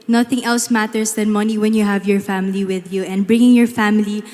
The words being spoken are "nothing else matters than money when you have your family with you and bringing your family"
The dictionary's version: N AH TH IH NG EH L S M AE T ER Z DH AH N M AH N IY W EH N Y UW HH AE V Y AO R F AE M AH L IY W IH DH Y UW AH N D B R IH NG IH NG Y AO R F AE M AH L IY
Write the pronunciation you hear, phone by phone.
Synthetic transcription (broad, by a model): N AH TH IH NG EH L S M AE T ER S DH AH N M AH N IY W EH N Y UW HH AE V Y AO R F AE M AH L IY W IH DH Y UW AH N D B R IH NG IH NG Y AO R F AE M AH L IY